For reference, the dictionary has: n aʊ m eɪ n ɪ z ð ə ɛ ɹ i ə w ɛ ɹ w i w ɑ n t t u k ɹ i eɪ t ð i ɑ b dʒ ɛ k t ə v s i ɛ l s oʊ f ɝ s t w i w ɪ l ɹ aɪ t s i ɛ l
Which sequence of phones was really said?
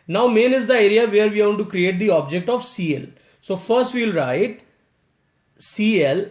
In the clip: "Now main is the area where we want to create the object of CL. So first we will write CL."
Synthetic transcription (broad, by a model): n aʊ m eɪ n ɪ z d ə ɛ ɹ i ə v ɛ ɹ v i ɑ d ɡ t u k ɹ i eɪ t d i ɑ b dʒ ɛ k t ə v s i ɛ l s oʊ f ɝ s t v i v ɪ l ɹ aɪ t s i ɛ l